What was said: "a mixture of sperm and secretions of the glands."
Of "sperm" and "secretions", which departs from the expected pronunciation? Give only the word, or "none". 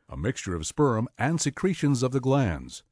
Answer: none